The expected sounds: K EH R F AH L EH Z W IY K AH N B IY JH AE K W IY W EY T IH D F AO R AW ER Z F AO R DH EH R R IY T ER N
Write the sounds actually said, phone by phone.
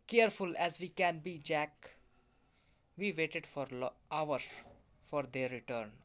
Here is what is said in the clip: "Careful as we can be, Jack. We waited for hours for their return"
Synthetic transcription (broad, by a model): K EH R F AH L EH Z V IY K AH N B IY JH AE K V IY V EY T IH D F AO R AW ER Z F AO R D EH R R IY T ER N